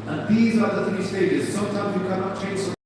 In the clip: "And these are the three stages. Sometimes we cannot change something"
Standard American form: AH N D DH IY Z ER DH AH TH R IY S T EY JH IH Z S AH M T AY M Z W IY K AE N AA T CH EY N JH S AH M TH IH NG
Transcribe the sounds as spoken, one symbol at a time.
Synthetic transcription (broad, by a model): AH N DH IY Z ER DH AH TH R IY S T EY JH IH Z S AH M T AY M Z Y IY K AE N AA T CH EY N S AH